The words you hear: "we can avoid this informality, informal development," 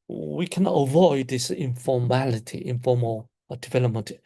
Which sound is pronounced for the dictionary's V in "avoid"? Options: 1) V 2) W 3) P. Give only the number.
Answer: 1